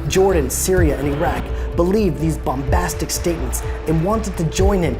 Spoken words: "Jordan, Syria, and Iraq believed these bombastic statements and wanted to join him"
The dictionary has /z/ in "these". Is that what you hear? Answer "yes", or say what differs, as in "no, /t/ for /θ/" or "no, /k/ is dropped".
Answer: yes